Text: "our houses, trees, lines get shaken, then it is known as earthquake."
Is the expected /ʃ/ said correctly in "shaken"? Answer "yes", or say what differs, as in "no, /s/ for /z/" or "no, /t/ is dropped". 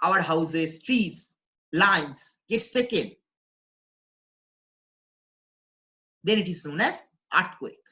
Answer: no, /s/ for /ʃ/